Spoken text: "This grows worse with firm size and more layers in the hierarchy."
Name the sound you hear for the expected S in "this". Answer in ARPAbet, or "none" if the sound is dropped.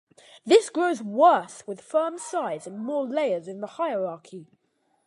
S